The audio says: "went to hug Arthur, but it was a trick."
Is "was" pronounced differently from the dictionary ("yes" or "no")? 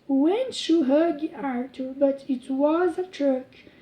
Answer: no